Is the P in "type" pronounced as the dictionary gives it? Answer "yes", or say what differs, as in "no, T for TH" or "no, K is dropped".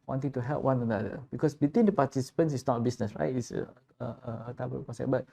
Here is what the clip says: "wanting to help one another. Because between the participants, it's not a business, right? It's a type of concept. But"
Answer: no, B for P